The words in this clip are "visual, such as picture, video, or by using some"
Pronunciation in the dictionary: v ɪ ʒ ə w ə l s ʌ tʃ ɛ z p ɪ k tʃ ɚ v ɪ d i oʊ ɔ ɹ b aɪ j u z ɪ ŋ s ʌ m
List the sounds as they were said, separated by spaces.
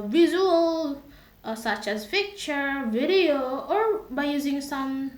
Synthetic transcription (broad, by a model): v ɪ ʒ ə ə l s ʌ tʃ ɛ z f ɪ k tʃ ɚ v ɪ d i oʊ ɔ ɹ b aɪ j u z ɪ ŋ s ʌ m